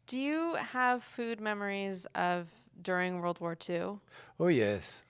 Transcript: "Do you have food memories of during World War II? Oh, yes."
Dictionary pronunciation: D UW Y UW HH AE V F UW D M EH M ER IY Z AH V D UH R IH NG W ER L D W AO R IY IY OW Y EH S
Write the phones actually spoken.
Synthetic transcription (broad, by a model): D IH Y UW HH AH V F UW D M EH M ER IY Z AH V D UH R IH NG W ER L D W AO R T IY OW Y EH S